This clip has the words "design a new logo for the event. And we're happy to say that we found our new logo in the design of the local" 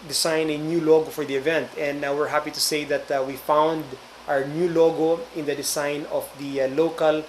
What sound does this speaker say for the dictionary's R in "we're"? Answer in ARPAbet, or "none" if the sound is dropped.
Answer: R